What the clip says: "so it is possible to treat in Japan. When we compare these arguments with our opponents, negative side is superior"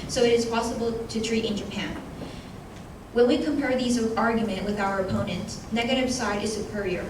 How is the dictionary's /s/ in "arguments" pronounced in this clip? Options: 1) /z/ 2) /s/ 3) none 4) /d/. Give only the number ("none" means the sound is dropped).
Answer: 3